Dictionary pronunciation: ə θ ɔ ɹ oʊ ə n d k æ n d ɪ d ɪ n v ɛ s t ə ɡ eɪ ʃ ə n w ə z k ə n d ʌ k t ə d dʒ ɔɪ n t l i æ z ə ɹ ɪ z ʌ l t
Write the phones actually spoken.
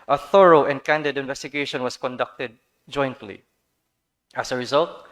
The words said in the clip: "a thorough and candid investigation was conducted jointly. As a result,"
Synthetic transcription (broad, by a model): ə θ ɔ ɹ oʊ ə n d k æ n d ɪ d ɪ n v ɛ s t ə ɡ eɪ ʃ ə n w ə s k ə n d ʌ k t ə d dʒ ɔɪ n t l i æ s ə ɹ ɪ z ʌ l t